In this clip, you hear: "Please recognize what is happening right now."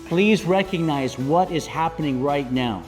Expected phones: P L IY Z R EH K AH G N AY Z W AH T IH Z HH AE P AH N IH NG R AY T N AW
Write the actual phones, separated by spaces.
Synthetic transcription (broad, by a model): P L IY Z R EH K AH G N AY Z W AH T IH Z HH AE P AH N IH NG R AY T N AW